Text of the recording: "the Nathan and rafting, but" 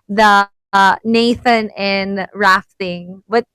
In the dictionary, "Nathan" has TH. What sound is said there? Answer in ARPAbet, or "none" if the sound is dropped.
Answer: TH